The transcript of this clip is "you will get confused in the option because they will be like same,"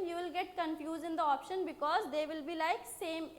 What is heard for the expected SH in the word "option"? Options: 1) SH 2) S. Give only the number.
1